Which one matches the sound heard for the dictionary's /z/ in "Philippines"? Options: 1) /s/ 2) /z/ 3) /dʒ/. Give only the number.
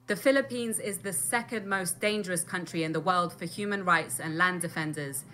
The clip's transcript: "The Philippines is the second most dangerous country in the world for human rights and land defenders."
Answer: 2